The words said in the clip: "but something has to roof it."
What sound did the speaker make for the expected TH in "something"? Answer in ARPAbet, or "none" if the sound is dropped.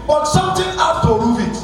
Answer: T